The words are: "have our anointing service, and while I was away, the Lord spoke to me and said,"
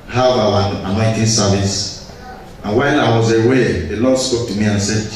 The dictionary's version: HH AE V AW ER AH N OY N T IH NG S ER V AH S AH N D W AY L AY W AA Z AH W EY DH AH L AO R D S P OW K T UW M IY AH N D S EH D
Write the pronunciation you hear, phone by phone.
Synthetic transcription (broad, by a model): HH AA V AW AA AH N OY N T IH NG S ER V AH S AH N W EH N AY W AA Z AH W EY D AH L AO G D S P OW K T UW M IY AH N S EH